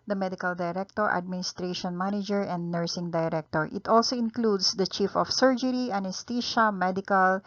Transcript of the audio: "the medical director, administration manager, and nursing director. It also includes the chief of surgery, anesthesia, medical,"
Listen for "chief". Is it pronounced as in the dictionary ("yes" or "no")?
yes